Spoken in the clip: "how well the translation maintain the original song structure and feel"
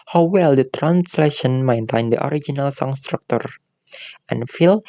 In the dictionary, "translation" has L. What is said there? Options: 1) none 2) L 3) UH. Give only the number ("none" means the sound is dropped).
2